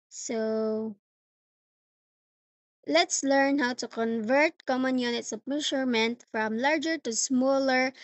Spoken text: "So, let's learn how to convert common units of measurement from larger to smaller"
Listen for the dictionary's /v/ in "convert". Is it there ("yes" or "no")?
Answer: yes